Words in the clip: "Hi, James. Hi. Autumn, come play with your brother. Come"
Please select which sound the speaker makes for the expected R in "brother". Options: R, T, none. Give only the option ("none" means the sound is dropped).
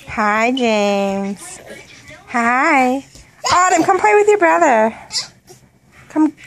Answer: R